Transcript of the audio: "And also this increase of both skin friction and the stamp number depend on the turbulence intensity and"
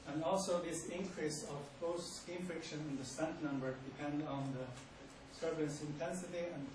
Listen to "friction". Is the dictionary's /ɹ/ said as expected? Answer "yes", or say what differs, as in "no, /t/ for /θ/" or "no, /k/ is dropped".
yes